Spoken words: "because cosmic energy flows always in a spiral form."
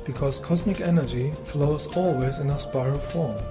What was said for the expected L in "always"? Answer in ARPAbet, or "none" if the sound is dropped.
L